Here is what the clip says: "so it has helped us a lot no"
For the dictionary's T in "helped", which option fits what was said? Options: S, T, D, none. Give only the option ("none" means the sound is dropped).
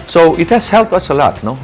none